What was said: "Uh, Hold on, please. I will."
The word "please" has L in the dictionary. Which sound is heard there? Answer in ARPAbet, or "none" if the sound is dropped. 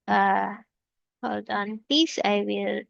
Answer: none